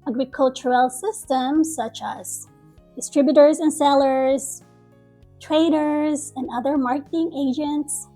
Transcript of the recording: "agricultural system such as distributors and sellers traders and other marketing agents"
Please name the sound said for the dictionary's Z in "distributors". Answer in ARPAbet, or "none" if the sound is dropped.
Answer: Z